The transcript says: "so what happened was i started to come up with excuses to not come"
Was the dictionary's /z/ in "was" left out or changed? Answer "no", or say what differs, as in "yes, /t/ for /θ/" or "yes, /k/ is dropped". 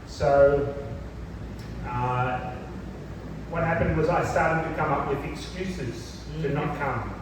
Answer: no